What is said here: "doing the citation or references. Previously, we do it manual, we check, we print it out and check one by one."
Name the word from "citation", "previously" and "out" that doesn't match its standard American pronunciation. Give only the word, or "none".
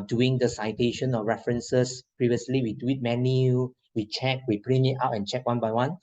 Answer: none